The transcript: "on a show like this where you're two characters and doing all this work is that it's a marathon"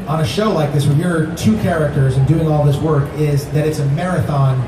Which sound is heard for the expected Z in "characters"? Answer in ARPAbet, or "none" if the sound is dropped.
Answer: Z